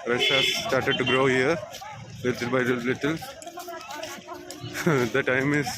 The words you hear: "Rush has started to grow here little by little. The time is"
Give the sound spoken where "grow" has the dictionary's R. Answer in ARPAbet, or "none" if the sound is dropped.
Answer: R